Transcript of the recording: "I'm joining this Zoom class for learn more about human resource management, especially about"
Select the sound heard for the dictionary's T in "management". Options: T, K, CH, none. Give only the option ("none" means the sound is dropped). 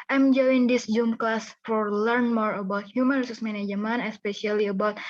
none